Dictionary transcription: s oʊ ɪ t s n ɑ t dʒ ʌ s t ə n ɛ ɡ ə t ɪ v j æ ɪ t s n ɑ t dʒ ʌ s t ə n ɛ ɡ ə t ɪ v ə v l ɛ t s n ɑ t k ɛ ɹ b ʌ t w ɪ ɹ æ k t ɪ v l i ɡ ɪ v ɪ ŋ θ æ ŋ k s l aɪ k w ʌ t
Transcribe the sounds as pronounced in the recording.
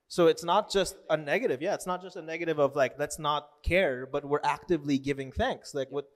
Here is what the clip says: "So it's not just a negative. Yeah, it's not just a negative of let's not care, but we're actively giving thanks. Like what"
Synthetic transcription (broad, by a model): s oʊ ɪ t s n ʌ t dʒ ʌ s t ə n ɛ ɡ ə t ɪ v j æ ɪ t s n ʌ t dʒ ʌ s t ə n ɛ ɡ ə t ɪ v ə v l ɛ t s n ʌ t k ɛ ɹ b ʌ t w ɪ ɹ æ k t ɪ v l i ɡ ɪ v ɪ ŋ θ æ ŋ k s l aɪ k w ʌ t